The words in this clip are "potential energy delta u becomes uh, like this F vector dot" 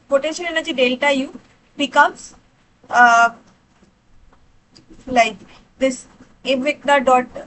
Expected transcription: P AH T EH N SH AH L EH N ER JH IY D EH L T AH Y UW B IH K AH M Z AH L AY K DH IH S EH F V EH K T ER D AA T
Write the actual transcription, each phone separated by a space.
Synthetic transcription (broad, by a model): P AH T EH N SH AH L EH N ER JH IY D EH L T AH Y UW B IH K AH M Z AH L AY K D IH S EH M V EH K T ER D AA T